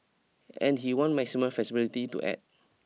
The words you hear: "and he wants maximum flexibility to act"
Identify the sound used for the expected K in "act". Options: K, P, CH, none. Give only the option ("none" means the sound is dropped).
none